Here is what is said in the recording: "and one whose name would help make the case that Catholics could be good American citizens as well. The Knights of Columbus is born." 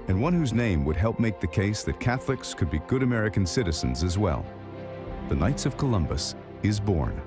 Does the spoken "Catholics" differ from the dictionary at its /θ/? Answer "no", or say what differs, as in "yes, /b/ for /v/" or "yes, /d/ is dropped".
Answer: no